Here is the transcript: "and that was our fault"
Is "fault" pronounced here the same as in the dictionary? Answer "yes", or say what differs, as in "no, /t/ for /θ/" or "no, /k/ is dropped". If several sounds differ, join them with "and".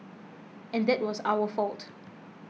yes